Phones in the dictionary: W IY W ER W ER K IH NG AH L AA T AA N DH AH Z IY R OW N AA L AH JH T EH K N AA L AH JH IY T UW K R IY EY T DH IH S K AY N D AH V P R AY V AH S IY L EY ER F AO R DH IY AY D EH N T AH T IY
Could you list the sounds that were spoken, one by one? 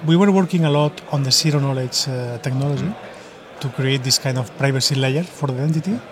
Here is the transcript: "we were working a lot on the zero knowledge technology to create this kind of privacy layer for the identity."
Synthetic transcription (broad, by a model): W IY W ER W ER K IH NG AH L AA T AA N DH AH S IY R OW N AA L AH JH T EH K N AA L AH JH IY T UW K R IY EY T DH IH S K AY N D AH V P R AY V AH S IY L EY ER F AO R DH IY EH N T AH T IY